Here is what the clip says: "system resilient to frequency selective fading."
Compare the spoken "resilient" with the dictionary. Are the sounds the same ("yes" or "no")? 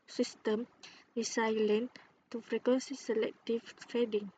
no